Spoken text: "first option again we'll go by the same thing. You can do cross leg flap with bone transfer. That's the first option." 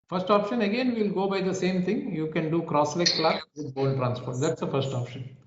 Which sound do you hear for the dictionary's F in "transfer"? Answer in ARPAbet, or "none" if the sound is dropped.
P